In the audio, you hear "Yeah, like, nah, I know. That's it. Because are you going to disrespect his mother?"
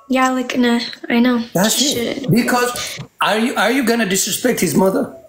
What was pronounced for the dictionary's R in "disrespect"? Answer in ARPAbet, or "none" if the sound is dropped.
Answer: R